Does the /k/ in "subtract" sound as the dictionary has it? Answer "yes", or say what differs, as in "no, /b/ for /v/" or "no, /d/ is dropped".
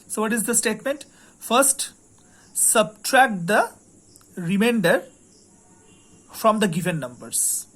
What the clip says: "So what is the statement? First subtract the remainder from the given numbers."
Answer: yes